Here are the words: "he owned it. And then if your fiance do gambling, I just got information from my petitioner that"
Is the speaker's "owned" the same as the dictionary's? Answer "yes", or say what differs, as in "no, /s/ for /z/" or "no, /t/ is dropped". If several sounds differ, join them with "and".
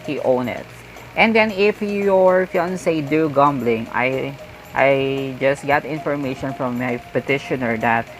no, /d/ is dropped